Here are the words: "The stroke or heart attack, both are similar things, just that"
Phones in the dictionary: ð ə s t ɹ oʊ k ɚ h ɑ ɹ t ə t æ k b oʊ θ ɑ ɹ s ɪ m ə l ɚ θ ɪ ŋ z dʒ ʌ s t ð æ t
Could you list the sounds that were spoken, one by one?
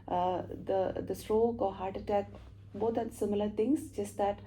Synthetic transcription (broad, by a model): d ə s t ɹ oʊ k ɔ h ɑ ɹ t ə t æ k b oʊ t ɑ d s ɪ m ə l ɚ t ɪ ŋ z dʒ ʌ s t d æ t